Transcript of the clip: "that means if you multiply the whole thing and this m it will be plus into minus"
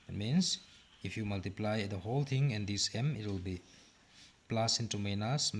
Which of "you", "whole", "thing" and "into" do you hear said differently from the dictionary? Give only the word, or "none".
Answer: thing